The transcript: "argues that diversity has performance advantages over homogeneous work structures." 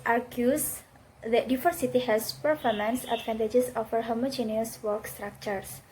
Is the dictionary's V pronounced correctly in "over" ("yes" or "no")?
no